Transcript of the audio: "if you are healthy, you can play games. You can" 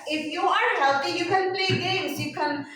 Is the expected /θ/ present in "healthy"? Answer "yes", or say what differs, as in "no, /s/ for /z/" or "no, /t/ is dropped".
no, /t/ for /θ/